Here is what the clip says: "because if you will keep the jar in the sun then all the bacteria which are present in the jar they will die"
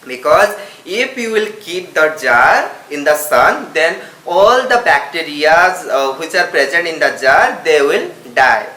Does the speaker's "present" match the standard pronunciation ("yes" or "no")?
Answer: yes